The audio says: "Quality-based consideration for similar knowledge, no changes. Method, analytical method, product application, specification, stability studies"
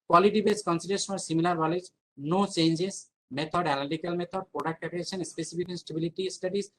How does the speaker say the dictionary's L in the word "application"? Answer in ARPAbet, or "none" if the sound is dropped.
none